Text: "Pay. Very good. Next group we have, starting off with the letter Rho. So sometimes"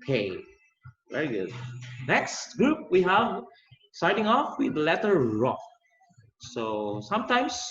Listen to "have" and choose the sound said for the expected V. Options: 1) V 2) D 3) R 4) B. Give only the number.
1